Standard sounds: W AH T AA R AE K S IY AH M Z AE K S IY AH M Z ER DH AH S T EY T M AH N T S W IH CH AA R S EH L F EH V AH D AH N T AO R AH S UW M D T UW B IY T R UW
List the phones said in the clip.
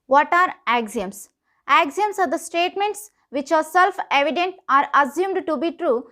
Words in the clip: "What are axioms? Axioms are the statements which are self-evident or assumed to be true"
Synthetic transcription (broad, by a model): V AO T AA R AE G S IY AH M S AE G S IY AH M S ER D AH S T EY T M AH N T S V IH CH AA R S EH L F EH V AH D AH N T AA R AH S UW M D T UW B IY T R UW